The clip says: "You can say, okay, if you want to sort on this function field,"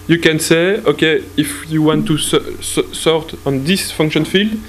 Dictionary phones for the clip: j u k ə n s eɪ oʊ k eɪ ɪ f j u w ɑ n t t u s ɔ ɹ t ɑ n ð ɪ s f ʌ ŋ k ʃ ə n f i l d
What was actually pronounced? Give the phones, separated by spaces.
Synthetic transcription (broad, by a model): j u k ə n s eɪ oʊ k eɪ ɪ f j u w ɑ n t t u s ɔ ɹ t ɑ n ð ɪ s f ʌ ŋ k ʃ ə n f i l d